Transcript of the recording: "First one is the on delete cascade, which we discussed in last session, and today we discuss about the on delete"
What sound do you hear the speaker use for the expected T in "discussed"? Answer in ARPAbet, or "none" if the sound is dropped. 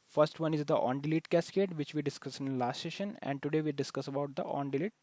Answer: none